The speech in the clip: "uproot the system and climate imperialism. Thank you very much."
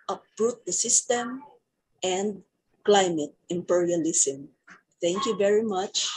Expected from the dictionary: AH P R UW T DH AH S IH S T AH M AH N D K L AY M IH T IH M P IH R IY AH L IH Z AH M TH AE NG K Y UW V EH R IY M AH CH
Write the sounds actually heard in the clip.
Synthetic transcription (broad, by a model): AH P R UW T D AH S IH S T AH M AH N D K L AY M IH T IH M P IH R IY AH L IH S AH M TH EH NG K Y UW V EH R IY M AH CH